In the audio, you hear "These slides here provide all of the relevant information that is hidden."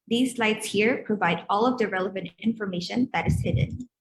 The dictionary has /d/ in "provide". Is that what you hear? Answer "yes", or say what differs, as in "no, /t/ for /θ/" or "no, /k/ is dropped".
yes